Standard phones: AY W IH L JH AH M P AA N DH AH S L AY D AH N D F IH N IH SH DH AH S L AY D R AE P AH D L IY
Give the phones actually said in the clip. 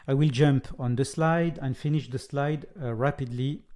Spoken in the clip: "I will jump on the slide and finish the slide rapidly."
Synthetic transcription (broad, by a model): AY W IH L JH AH M P AA N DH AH S L AY D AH N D F IH N IH SH DH AH S L AY D R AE P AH D L IY